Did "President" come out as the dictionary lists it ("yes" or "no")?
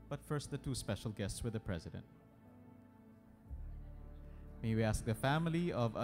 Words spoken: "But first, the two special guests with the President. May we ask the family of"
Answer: yes